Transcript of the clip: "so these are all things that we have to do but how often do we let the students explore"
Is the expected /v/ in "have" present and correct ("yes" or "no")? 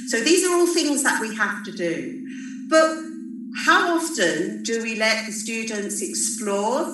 no